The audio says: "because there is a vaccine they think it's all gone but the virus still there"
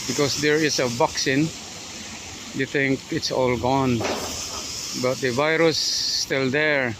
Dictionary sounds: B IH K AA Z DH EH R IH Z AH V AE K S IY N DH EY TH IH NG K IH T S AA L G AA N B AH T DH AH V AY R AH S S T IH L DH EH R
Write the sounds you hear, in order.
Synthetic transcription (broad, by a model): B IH K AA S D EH R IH S AH B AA K S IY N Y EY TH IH NG K IH T S AA L G AA N B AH T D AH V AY R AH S S T IH L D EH R